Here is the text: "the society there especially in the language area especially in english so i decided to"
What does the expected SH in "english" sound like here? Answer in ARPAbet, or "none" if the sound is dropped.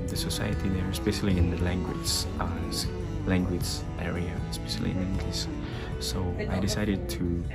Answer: S